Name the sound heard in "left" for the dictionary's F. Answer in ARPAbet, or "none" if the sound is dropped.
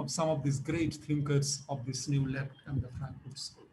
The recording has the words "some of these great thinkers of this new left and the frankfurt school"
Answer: P